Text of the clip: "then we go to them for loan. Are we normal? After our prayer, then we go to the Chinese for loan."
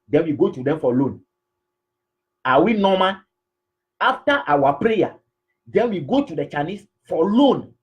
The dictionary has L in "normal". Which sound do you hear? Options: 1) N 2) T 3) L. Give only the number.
1